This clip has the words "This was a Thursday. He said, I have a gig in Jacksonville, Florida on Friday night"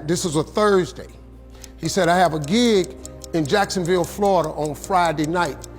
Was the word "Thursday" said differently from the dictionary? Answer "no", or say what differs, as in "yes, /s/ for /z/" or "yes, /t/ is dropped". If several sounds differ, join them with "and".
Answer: no